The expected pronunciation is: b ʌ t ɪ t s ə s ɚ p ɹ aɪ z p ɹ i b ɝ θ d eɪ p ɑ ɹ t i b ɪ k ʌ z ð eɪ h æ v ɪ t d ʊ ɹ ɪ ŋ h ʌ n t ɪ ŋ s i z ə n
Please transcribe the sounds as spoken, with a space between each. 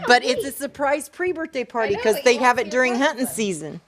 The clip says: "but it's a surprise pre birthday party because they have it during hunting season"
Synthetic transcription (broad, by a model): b ʌ t ɪ t s ə s ɚ p ɹ aɪ z p ɹ i b ɝ θ d eɪ p ɑ ɹ t i k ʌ z ð eɪ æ v ɪ t d ʊ ɹ ɪ ŋ h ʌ t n s i z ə n